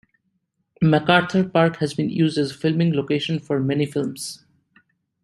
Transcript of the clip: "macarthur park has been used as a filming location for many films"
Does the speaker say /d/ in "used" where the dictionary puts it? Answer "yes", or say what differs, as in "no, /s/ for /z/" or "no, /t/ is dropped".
yes